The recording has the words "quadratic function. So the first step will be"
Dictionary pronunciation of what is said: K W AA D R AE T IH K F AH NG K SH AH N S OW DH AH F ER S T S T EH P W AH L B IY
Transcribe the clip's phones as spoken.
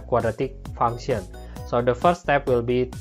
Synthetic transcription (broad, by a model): K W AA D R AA T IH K F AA NG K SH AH N S OW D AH F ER T S T EH P W AH L B IY